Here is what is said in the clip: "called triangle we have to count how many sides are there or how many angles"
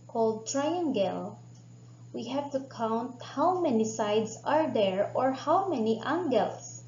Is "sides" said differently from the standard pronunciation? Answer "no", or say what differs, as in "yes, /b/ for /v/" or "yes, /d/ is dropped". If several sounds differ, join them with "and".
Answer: yes, /s/ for /z/